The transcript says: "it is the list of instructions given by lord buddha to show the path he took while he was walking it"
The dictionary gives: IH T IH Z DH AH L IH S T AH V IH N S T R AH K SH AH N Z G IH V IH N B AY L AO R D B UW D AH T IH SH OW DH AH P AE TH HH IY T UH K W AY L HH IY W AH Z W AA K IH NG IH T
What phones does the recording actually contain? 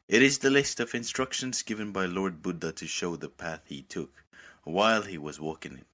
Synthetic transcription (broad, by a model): IH T IH Z DH AH L IH S T AH V IH N S T R AH K SH AH N Z G IH V IH N B AY L AO R D B UW D AH T IH SH OW DH AH P AE TH HH IY T UH K W AY L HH IY W AH Z W AA K IH NG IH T